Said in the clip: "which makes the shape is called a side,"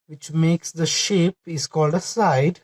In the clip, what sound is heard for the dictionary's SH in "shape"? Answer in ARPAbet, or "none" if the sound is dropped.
SH